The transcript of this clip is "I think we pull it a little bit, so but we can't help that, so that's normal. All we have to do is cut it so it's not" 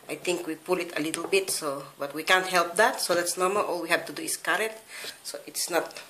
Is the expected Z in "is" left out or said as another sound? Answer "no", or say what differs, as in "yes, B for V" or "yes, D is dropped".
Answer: yes, S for Z